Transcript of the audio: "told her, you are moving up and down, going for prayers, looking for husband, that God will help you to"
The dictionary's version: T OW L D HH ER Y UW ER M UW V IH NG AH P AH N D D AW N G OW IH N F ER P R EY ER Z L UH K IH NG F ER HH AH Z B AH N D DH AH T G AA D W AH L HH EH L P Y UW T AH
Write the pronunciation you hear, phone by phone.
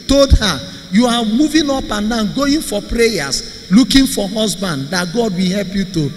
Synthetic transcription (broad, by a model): T OW L D HH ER Y UW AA M UW V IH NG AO P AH N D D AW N G OW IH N F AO P R EY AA S L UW K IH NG F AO HH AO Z B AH N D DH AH T G AA D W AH HH EH L P Y UW T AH